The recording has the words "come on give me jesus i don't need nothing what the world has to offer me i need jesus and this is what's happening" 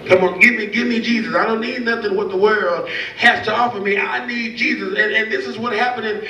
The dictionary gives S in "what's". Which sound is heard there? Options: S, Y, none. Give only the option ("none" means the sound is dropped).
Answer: none